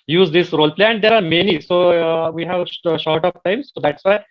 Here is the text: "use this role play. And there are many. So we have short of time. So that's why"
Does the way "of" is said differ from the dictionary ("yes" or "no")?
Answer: yes